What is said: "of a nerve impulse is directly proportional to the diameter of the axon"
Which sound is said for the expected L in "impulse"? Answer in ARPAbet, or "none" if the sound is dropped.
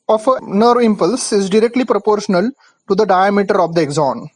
L